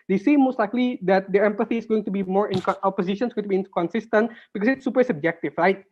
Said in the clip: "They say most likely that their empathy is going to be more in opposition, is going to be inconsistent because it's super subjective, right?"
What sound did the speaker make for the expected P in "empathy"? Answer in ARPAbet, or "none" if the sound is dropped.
P